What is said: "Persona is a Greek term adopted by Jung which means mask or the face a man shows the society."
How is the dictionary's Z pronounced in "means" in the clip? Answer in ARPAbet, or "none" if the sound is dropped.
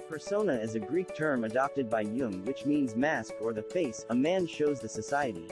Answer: Z